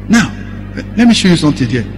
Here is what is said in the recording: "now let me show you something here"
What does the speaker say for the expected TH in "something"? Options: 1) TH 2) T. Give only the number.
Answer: 2